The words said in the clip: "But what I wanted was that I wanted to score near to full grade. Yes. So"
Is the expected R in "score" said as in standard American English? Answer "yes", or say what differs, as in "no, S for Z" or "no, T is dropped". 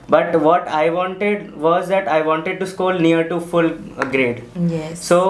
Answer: no, L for R